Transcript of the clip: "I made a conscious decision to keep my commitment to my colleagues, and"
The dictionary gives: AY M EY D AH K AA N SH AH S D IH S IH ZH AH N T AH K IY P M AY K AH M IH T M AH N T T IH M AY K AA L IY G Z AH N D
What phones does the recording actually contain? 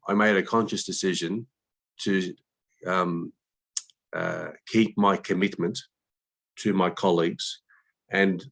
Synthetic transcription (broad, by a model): AY M EY D AH K AA N SH AH S D IH S IH ZH AH N T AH K IY P M AY K AH M IH T M AH N T T IH M AY K AA L IY G Z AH N